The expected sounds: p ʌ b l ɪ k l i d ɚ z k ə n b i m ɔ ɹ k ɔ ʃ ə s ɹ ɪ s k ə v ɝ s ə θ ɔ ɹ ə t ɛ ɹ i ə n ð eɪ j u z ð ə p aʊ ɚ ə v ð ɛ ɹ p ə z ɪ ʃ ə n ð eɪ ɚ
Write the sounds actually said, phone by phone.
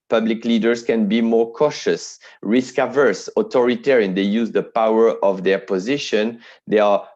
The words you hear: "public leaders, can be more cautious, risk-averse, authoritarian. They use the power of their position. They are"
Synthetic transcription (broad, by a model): p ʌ b l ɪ k l i d ɚ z k ə n b i m ɔ ɹ k ɔ ʃ ə s ɹ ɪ s k ə v ɝ s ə t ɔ ɹ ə t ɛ ɹ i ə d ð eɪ j u z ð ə p aʊ ɚ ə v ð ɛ ɹ p ə z ɪ ʃ ə n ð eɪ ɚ